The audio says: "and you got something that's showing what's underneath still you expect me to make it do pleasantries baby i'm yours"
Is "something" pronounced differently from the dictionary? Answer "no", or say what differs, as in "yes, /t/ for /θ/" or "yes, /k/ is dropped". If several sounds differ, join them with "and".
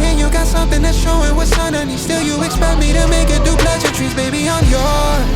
no